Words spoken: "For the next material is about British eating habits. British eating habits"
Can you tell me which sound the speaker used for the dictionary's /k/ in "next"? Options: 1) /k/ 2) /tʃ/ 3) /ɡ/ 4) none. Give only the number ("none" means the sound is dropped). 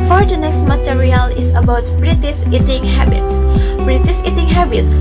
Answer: 4